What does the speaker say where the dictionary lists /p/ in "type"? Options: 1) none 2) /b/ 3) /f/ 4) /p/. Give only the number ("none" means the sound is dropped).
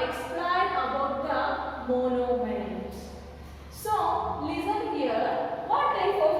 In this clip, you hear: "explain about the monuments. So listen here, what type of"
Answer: 3